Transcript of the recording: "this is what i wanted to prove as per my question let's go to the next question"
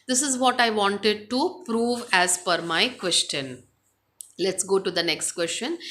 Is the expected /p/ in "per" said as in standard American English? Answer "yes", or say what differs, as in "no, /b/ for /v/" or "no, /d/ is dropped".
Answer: no, /f/ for /p/